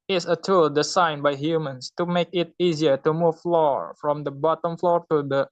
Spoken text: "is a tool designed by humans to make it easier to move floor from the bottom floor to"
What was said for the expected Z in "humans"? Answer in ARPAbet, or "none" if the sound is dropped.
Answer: S